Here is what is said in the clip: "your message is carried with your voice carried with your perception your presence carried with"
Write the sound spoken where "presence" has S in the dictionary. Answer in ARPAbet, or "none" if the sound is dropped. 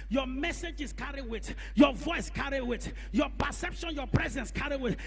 S